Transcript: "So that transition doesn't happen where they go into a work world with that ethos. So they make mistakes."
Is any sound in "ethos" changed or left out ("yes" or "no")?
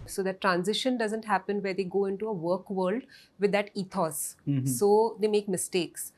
yes